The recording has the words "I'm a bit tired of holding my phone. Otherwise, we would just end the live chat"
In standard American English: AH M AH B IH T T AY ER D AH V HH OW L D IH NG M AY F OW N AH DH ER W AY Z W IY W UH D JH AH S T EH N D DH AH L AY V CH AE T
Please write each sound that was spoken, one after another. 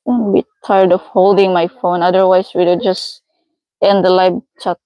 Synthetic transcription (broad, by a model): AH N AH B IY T T AY ER D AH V HH OW L D IH NG M AY F OW N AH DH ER W AY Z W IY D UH JH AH S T EH N D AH L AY B CH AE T